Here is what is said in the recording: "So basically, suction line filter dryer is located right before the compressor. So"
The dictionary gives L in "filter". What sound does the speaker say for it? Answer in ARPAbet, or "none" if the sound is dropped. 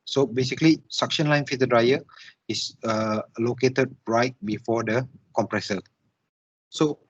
none